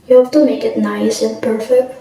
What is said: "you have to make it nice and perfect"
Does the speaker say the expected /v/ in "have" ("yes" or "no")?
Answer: no